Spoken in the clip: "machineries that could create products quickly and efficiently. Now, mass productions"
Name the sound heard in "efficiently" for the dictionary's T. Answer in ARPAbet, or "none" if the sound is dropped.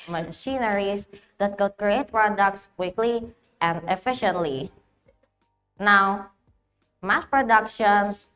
T